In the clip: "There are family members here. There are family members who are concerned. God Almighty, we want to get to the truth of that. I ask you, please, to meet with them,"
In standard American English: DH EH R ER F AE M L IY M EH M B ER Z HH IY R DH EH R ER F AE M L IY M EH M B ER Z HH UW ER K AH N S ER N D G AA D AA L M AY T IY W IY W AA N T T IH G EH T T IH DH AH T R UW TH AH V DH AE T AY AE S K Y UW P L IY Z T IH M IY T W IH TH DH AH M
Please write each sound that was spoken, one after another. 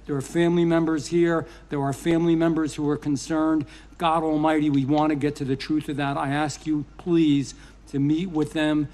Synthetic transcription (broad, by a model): DH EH R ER F AE M L IY M EH M B ER Z HH IY R DH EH R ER F AE M L IY M EH M B ER Z HH UW ER K AH N S ER N D G AA D AA L M AY T IY W IY W AA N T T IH G EH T T IH DH AH T R UW TH AH V DH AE T AY AE S K Y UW P L IY Z T IH M IY T W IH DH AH M